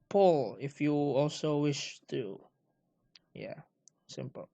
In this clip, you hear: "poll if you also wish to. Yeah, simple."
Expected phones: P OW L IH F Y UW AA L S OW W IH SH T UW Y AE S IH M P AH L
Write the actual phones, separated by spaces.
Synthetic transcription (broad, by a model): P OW L IH F Y UW AA L S OW W IH SH T UW Y AE S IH M P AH L